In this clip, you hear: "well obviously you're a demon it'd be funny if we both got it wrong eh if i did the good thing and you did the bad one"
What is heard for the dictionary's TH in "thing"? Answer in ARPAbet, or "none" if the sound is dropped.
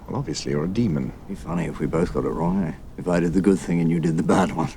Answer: TH